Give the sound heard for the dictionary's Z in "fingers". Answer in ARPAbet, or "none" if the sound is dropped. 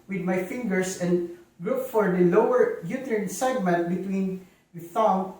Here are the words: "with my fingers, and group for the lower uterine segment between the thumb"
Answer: S